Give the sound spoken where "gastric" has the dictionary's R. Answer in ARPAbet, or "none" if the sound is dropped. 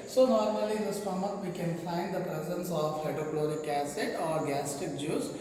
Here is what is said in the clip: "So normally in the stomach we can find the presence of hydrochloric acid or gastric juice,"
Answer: none